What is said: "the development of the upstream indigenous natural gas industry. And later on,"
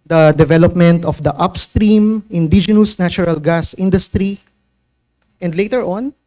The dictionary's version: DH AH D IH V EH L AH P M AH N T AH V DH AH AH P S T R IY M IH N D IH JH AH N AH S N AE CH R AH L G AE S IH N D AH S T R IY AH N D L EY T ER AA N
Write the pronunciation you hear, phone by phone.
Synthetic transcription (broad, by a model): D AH D IH V EH L AH P M AH N T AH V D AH AH P S T R IY M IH N D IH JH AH N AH S N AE CH R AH L G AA S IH N D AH S T R IY AH N D L EY T ER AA N